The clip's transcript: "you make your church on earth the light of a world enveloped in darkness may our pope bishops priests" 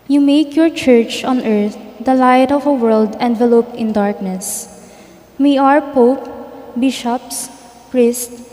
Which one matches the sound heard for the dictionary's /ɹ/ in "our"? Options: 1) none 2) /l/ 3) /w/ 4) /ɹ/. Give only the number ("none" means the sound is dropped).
4